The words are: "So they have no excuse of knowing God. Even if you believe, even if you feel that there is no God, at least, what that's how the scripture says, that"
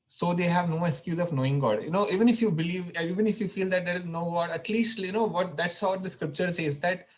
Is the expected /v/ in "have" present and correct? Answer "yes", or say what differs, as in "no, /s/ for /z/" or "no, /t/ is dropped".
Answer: yes